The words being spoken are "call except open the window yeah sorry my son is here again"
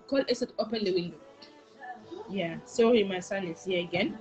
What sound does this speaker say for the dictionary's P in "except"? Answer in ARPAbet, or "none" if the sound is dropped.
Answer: none